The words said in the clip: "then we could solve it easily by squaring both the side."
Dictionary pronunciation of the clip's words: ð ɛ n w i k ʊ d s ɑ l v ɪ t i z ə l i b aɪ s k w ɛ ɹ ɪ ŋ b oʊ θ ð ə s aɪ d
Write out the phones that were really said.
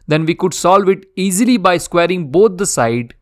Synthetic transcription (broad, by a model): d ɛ n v i k ʊ d s ɑ l v ɪ t i z ə l i b aɪ s k w ɛ ɹ ɪ ŋ b oʊ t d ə s aɪ d